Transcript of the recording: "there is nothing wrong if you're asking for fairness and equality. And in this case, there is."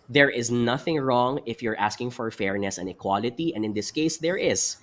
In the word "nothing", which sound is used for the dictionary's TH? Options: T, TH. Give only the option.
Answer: TH